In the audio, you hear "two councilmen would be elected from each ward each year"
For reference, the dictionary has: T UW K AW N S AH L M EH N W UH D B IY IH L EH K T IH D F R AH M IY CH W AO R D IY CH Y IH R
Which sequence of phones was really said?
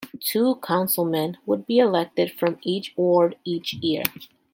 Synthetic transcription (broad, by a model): T UW K AW N S L M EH N W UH D B IY IH L EH K T IH D F R AH M IY CH W AO R D IY CH Y IH R